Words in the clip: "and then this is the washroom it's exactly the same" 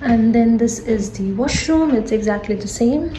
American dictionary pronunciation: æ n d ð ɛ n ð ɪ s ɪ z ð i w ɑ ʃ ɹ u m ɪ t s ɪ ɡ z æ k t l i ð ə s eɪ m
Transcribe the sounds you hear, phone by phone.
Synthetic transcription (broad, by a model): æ n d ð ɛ n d ɪ s ɪ z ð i w ɑ ʃ ɹ u m ɪ t s ɪ ɡ z æ k t l i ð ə s eɪ m